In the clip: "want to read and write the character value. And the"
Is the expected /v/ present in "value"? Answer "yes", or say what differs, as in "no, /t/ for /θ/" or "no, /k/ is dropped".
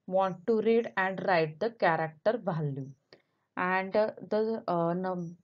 no, /b/ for /v/